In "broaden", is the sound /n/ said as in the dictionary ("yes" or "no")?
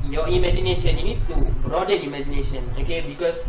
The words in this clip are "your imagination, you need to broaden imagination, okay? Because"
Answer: no